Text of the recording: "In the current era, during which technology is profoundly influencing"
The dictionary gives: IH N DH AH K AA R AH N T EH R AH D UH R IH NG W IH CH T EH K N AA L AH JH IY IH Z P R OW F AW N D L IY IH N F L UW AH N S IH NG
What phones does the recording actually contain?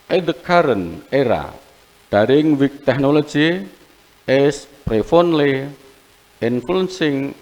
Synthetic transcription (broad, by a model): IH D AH K AA R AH N EH R AH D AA R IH NG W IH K T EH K N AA L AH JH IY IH S P R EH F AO N L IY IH N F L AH N S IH NG